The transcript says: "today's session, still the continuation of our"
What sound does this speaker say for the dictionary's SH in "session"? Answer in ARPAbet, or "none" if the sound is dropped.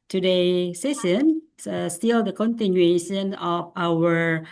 S